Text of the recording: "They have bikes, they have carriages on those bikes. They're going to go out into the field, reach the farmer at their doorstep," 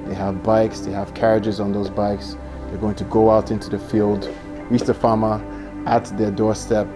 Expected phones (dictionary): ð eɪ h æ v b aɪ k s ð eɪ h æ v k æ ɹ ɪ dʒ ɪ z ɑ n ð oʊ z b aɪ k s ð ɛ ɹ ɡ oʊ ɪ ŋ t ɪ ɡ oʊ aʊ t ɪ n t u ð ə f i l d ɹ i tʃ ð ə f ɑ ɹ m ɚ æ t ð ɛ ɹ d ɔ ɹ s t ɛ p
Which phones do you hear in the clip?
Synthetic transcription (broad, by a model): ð eɪ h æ v b aɪ k s ð eɪ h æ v k æ ɹ ɪ dʒ ɪ z n ð oʊ z b aɪ k s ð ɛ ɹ ɡ oʊ ɪ ŋ t ɪ ɡ oʊ aʊ t ɪ n t u ð ə f i l d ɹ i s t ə f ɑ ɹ m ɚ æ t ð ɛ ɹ d ɔ ɹ s t ɛ p